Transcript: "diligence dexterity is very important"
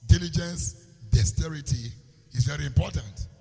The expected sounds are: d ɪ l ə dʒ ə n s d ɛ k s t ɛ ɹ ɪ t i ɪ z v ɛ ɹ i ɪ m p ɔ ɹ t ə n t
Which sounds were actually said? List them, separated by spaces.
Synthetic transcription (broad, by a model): d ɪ l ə dʒ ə n s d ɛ s t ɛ ɹ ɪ t i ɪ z v ɛ ɹ i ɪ m p ɔ t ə n t